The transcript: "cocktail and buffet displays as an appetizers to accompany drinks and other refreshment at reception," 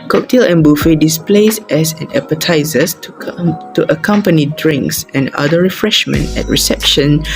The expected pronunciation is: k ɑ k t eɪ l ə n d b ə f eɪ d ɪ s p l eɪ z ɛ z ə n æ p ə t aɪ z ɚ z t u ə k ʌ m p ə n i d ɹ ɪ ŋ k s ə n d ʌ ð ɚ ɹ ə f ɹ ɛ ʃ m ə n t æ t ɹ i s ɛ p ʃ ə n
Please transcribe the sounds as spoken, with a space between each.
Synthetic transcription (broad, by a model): k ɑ k t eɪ l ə n b ə f eɪ d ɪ s p l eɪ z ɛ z ə n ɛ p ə t aɪ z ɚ s t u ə k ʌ m p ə n i d ɹ ɪ ŋ k s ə n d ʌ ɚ ɹ ə f ɹ ɛ ʃ m ə n t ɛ t ɹ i s ɛ p ʃ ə n